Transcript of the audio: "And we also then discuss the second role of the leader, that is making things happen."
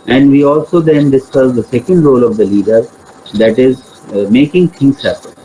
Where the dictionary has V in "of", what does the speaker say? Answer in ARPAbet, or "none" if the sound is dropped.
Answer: V